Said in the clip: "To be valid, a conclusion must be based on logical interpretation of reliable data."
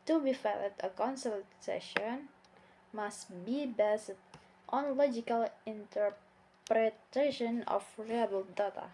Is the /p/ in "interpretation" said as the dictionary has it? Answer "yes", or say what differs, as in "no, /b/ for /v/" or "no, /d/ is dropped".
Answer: yes